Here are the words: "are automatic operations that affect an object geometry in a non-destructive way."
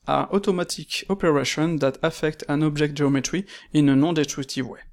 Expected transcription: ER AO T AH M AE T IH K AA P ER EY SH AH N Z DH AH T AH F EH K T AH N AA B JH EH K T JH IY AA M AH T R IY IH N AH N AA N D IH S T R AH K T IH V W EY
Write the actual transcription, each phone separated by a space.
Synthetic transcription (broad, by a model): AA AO T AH M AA T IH K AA P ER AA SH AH N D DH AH T AH F EH K T AH N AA B ZH EH K T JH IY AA M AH T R IY IH N AH N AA D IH S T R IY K T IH V W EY